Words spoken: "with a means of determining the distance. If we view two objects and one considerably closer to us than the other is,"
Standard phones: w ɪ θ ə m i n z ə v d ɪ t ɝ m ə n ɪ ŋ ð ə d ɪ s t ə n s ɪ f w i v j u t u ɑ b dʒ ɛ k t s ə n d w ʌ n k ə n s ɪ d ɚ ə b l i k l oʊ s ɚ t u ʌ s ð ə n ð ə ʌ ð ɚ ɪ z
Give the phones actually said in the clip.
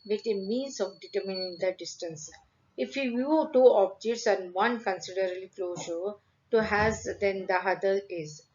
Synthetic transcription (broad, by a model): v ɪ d ə m i n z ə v d ɪ t ɝ m ə n ɪ ŋ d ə d ɪ s t ə n s ɪ f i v j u t u ɑ b dʒ ɛ k t s ə n d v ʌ n k ə n s ɪ d ɚ ə b l i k l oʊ ʃ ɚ t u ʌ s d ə n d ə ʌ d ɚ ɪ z